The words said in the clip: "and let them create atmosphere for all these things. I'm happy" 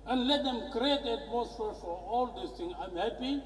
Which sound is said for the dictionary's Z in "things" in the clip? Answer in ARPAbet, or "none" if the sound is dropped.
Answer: none